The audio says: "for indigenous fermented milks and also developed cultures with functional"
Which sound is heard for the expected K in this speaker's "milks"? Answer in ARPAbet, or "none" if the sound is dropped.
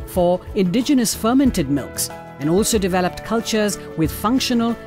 K